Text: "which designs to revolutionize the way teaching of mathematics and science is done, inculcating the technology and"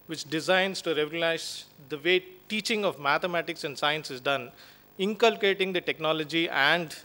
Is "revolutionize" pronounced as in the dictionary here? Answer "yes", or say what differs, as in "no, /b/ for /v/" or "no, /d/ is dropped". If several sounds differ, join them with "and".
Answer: no, /ʃ/ is dropped